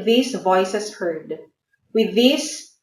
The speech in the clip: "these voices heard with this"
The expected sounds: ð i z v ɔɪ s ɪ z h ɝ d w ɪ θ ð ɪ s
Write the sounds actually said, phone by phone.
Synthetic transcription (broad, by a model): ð i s v ɔɪ s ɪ s h ɝ d w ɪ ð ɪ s